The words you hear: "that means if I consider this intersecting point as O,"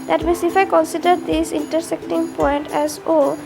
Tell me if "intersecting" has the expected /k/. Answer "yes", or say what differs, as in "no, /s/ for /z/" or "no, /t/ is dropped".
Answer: yes